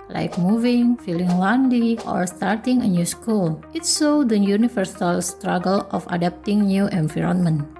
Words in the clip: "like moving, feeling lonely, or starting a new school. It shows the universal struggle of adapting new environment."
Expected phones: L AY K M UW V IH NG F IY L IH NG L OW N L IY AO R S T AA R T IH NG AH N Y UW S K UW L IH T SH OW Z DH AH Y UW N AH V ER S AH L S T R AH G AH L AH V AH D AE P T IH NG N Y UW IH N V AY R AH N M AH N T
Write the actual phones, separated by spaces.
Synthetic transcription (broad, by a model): L AY K M UW V IH NG F IY L IH NG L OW N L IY AO R S T AA R T IH NG AH N Y UW S K UW L IH T S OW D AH Y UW N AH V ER S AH L S T R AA G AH L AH F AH D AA P T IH NG N Y UW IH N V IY R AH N M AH N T